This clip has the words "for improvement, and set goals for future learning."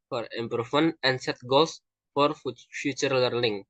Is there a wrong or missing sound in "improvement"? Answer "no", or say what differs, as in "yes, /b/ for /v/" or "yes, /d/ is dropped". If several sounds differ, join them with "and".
yes, /t/ is dropped